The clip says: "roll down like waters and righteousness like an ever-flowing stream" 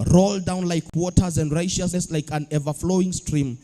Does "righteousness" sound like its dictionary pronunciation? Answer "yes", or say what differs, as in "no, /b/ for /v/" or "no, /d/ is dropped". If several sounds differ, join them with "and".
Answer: no, /ʃ/ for /tʃ/